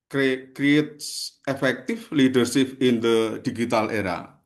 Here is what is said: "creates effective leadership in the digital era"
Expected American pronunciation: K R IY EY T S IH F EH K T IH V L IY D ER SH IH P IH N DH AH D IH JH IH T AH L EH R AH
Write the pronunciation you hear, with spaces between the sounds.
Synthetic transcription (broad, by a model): K R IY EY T S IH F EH K T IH F L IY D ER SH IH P IH N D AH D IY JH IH T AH L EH R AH